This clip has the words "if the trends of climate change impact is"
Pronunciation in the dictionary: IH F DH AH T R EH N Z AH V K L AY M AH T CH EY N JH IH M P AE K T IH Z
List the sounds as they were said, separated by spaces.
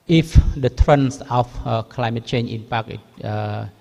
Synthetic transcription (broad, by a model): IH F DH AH T R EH N S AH F K L AY M AH T CH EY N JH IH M P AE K IH